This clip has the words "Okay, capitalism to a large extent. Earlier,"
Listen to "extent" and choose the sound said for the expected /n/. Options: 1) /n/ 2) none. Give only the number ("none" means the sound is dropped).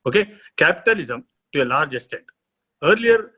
2